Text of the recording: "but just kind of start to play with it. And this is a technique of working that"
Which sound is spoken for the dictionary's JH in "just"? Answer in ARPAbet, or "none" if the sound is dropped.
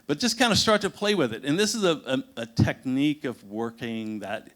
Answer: ZH